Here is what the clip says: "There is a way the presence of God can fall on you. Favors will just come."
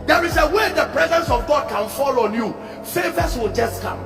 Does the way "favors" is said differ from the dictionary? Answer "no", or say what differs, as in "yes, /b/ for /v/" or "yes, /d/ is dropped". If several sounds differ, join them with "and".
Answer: yes, /s/ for /z/